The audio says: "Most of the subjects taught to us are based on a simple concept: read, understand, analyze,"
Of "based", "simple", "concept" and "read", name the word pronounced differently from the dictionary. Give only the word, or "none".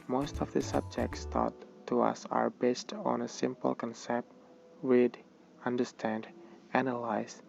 read